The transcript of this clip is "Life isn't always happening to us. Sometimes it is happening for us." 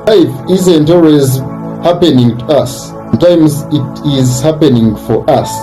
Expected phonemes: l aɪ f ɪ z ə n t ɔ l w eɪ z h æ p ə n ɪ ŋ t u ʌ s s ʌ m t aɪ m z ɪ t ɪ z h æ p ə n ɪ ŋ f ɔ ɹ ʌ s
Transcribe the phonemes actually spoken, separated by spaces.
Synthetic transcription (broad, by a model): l aɪ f ɪ z ə n t ɔ l w eɪ z h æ p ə n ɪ ŋ t u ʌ s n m t aɪ m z ɪ t ɪ z h æ p ə n ɪ ŋ f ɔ ɹ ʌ s